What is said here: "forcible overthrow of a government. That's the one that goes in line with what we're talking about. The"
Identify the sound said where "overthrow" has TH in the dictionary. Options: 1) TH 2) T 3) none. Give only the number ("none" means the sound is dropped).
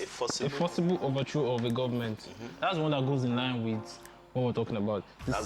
2